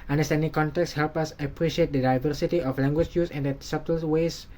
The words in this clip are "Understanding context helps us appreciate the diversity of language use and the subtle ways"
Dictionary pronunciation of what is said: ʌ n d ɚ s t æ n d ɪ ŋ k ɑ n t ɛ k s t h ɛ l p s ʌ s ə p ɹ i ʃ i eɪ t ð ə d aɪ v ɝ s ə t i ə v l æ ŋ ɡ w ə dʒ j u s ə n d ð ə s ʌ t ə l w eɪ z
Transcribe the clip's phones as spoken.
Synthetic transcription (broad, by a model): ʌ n d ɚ s t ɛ n d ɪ ŋ k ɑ n t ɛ k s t h ɛ l p ʌ s ə p ɹ i ʃ i eɪ t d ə d aɪ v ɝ s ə t i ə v l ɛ ŋ ɡ w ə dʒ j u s ə n d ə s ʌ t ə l w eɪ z